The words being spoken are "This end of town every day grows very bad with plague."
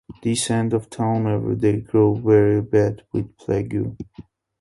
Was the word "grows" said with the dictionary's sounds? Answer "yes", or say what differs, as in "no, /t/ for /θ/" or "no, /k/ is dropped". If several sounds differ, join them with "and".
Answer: no, /z/ is dropped